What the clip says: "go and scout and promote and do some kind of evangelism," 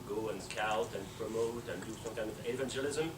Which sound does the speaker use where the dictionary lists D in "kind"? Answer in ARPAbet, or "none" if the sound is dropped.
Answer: none